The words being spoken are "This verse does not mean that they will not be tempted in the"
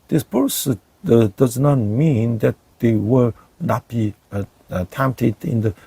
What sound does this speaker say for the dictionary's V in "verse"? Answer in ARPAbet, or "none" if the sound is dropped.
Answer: P